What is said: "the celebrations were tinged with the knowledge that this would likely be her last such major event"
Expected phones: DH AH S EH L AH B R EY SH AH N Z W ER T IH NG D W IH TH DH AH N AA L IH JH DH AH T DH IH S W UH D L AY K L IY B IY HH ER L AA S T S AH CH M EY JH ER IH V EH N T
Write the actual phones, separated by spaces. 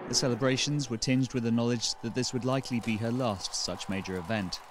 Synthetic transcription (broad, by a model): DH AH S EH L AH B R EY SH AH N Z W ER T IH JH D W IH DH AH N AA L IH JH DH AH T DH IH S W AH D L AY K L IY B IY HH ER L AA S T S AH CH M EY JH ER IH V EH N T